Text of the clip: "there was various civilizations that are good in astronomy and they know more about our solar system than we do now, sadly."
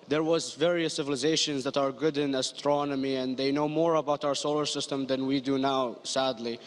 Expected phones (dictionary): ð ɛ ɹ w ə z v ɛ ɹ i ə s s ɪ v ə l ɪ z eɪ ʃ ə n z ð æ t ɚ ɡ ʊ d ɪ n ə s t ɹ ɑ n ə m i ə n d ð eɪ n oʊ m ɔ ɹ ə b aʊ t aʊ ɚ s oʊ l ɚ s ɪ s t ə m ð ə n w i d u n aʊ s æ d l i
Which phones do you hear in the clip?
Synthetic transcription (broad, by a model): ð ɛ ɹ w ə z v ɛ ɹ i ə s s ɪ v ə l ɪ z eɪ ʃ ə n z ð æ t ɚ ɡ ʊ d ɪ n ə s t ɹ ɑ n ə m i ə n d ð eɪ n oʊ m ɔ ɹ ə b aʊ t aʊ ɚ s oʊ l ɚ s ɪ s t ə m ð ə n w i d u n aʊ s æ d l i